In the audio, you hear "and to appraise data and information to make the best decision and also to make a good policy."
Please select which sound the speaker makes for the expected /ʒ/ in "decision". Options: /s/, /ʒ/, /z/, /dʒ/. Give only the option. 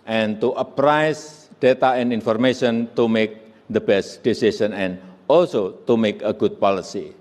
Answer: /s/